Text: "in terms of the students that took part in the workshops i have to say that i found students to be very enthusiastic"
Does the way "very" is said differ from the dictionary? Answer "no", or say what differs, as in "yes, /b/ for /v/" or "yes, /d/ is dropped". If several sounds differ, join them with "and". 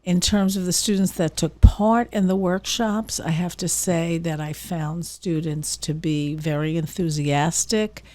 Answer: no